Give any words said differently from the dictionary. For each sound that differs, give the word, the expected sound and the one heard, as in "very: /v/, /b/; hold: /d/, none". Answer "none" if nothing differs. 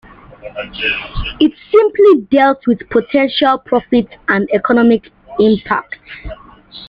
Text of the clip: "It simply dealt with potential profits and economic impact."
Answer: profits: /s/, none